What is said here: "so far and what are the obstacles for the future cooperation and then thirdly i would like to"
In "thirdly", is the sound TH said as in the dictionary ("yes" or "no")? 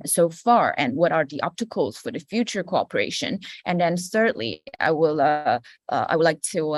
no